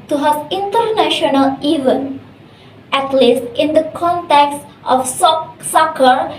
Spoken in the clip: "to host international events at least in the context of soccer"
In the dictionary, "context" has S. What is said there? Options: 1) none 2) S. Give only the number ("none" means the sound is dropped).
2